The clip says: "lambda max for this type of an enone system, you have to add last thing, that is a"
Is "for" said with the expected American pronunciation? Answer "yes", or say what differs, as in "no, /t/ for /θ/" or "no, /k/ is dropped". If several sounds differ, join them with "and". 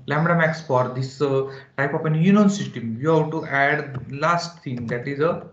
yes